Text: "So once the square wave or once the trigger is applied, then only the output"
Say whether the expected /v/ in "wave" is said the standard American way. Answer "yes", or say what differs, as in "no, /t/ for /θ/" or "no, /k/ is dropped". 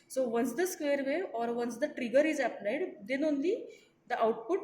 no, /v/ is dropped